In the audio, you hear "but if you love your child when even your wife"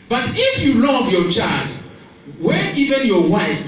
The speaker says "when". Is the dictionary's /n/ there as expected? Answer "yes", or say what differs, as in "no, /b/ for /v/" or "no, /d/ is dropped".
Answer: no, /n/ is dropped